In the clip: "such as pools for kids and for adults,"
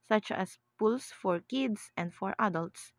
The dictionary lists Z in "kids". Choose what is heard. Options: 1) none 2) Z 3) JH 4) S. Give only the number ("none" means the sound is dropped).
4